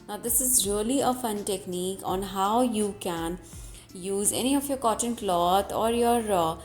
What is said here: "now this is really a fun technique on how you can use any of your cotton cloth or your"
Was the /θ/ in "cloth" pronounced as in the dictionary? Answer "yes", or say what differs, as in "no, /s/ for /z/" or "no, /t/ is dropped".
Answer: no, /t/ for /θ/